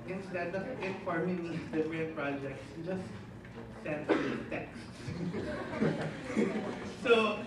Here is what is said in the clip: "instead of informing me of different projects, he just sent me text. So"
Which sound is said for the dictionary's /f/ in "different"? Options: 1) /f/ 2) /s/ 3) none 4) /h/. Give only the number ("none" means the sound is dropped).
3